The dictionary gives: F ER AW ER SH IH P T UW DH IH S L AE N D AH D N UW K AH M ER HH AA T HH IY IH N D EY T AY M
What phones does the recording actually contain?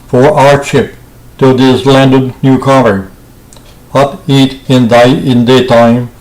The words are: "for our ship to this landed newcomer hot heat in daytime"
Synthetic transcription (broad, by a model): F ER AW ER SH IH P T UW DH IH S L AE N D AH D N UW K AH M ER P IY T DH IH IH N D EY T AY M